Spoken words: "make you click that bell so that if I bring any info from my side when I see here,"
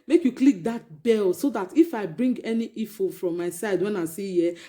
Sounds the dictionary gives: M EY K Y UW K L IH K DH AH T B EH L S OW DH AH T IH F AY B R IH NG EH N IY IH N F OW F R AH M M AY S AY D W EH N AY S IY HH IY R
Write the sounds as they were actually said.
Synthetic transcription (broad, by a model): M EY K Y UW K L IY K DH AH T B EH L S OW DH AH T IH F AY B R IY NG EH N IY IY F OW F R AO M M AY S AY D W EH N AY S IY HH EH